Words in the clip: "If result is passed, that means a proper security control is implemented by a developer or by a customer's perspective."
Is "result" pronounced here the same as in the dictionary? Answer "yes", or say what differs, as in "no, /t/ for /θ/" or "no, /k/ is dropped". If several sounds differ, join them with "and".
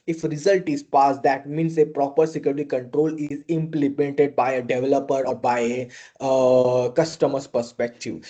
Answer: yes